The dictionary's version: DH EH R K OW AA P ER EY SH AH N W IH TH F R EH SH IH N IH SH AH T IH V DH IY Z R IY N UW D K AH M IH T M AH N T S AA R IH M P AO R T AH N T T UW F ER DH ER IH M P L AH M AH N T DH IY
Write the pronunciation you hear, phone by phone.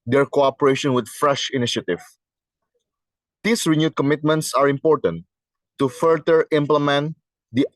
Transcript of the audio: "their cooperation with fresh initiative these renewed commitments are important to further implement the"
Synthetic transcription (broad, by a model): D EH R K OW AA P ER EY SH AH N W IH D F R EH SH IH N IH SH AH T IH V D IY S R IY N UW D K AH M IH T M AH N T S AA R IH M P AO R T AH N T T UW F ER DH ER IH M P L AH M AH N T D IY